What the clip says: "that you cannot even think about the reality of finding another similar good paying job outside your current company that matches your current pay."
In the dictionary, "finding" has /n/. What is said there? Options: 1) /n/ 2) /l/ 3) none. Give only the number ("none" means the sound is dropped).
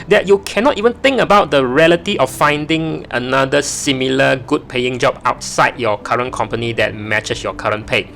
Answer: 1